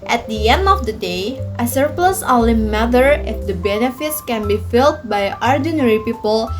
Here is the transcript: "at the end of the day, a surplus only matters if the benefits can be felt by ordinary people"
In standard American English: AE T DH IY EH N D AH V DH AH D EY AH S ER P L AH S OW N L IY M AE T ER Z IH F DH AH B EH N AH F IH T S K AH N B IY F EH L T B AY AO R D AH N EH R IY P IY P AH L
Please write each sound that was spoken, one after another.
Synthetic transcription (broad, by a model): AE T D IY EH N D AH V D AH D EY AH S ER P L AH S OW L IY M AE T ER IH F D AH B EH N AH F IH T S K AH N B IY F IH L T B AY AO R D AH N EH R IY P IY P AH L